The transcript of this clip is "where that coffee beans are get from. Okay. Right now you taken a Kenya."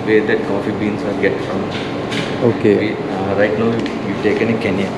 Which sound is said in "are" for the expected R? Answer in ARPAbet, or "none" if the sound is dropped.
L